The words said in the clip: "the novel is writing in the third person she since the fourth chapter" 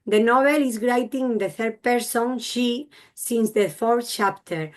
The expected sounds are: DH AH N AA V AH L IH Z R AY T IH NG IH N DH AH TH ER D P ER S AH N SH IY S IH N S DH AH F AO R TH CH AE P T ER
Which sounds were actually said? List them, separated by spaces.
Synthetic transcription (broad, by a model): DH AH N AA B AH L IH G R AY T IH NG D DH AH TH ER D P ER S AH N SH IY S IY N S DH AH F AO R TH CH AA P T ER